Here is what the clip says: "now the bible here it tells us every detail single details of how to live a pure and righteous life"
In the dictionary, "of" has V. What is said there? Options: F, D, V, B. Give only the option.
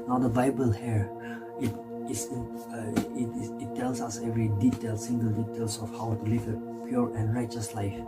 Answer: F